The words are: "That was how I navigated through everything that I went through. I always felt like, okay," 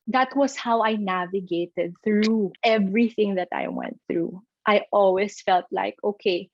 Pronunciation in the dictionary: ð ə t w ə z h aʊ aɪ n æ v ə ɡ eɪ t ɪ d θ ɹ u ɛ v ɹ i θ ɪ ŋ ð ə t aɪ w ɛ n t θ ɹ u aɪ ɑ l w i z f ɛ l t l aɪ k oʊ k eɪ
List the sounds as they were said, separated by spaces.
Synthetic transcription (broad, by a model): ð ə t w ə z h aʊ aɪ n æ v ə ɡ eɪ t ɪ d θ ɹ u ɛ v ɹ i θ ɪ ŋ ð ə t aɪ w ɛ n t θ ɹ u aɪ ɑ l w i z f ɛ l t l aɪ k oʊ k eɪ